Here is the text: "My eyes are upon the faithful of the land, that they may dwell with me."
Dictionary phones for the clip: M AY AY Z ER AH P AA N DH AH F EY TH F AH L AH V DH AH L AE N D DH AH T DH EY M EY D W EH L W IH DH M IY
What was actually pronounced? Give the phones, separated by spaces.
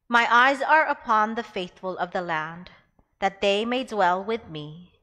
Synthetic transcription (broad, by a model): M AY AY Z ER AH P AA N DH AH F EY TH F AH L AH V DH AH L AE N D DH AH T DH EY M EY D W EH L W IH DH M IY